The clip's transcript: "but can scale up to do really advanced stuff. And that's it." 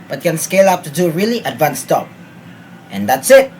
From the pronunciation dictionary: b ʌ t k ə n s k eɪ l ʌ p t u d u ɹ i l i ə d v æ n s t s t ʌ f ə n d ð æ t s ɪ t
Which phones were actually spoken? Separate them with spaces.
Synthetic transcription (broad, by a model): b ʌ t k ə n s k eɪ l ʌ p t u d u ɹ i l i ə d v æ n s s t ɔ p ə n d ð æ t s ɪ t